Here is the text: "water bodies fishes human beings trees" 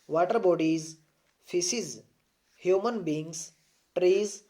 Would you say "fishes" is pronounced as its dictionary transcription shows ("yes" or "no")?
no